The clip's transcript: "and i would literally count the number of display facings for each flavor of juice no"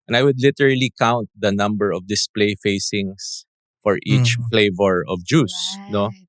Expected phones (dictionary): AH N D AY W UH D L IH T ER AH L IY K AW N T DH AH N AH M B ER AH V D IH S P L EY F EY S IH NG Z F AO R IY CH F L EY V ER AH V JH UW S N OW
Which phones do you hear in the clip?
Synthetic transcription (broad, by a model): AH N AY W UH D L IH T ER AH L IY K AW N T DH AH N AH M B ER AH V D IH S P L EY F EY S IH NG S F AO R IY CH F L EY V ER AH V JH UW S N OW